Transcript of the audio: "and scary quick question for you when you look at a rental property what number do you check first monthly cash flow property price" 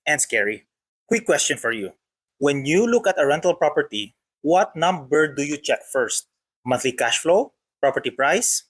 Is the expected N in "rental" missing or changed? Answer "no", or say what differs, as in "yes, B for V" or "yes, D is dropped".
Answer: no